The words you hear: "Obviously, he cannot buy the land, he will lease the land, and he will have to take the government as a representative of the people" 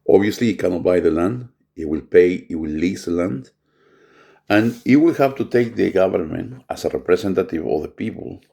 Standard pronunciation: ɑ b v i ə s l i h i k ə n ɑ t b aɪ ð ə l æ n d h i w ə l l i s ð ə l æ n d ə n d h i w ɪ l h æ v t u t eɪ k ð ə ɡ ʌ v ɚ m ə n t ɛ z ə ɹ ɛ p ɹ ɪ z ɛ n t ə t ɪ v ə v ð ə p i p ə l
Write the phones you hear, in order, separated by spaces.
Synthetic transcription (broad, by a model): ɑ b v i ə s l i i k ə n ɑ t b aɪ ð ə l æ n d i w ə l l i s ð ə l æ n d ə n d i w ɪ l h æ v t u t eɪ k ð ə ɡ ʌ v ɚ m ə n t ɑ s ə ɹ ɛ p ɹ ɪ s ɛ n t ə t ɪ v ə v ð ə p i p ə l